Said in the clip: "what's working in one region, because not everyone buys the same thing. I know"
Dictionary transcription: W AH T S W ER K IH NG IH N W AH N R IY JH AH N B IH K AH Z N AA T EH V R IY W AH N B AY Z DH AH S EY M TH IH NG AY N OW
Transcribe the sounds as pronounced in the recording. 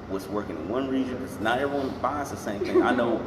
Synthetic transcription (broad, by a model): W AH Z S W ER K IH NG IH N W AH N R IY JH AH N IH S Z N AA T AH R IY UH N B AY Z DH AH S EY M TH IH NG AY N OW